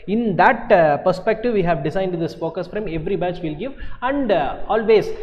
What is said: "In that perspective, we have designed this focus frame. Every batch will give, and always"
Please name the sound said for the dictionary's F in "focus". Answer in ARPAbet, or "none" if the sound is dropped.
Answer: P